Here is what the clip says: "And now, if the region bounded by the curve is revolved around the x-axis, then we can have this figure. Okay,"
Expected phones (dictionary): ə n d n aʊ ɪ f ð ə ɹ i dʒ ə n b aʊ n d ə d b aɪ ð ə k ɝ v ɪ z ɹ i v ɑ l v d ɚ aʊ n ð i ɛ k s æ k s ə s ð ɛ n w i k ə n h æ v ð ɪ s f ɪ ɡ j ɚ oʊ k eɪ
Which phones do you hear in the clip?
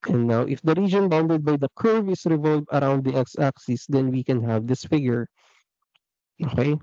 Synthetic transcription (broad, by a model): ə n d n aʊ ɪ f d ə ɹ i dʒ ə n b aʊ n d ə d b aɪ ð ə k ɝ v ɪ s ɹ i v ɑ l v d aʊ n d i ɛ k s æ k s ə s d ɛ n w i k ə n h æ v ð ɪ s f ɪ ɡ j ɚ oʊ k eɪ